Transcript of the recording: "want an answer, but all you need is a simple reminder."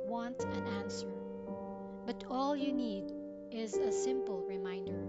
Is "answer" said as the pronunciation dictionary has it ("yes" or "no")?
yes